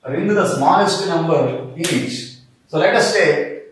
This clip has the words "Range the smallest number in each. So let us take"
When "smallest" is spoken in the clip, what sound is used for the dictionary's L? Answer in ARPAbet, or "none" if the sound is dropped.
N